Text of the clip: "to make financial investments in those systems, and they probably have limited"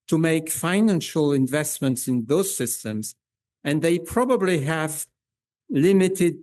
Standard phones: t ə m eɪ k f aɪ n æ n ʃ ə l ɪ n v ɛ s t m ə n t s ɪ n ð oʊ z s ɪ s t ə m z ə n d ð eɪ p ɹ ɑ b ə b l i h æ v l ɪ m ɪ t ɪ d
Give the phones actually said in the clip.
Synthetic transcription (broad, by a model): t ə m eɪ k f aɪ n æ n ʃ ə l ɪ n v ɛ s t m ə n t s ɪ n ð oʊ z s ɪ s t ə m z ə n ð eɪ p ɹ ɑ b ə b l i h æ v l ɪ m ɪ t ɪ d